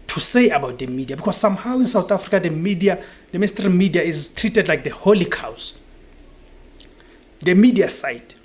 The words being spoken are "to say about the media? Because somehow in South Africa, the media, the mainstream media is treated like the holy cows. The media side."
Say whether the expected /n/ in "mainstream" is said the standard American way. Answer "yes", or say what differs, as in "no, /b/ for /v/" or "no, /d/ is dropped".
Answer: no, /n/ is dropped